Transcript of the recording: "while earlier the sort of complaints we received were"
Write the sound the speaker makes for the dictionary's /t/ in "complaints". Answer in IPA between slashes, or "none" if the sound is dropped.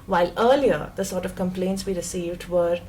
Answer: /t/